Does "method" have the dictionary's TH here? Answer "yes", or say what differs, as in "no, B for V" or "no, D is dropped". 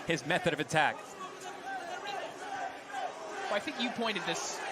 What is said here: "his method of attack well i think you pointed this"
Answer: yes